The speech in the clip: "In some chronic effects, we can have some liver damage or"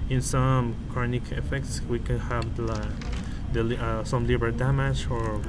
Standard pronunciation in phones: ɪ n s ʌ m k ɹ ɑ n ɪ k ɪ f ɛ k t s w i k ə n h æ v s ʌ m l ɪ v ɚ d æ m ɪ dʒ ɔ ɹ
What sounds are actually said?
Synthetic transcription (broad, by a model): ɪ n s ʌ m k ɹ ɑ n ɪ k ɪ f ɛ k t s w i k ə n h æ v s ʌ m l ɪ b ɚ d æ m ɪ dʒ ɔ ɹ